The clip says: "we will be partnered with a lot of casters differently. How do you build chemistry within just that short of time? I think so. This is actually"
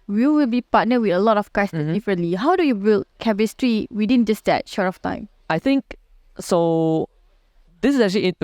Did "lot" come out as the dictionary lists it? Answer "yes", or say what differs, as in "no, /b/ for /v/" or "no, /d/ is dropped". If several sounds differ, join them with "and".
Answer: yes